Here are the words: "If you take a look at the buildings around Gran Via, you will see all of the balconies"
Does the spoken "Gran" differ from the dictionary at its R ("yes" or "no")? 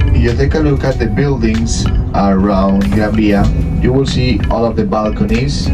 yes